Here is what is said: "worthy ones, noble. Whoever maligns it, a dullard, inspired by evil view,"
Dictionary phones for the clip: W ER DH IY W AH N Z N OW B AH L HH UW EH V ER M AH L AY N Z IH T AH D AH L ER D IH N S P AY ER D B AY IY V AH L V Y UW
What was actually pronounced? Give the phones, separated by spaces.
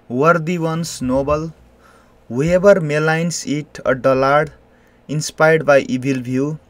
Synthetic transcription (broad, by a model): W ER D IY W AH N S N OW B AH L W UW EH B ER M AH L AY N S IH T AH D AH L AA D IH N S P AY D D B AY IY B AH L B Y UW